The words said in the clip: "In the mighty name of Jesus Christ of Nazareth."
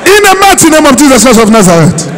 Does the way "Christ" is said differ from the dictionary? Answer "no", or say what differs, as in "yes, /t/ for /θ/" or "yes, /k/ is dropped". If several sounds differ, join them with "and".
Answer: yes, /t/ is dropped